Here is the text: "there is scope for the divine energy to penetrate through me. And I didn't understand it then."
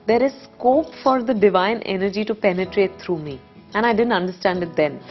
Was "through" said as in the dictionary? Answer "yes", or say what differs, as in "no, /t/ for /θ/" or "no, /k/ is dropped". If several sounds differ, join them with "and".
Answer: no, /t/ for /θ/